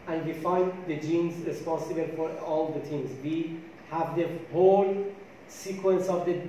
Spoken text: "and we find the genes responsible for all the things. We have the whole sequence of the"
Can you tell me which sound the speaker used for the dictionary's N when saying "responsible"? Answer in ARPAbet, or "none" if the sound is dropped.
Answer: N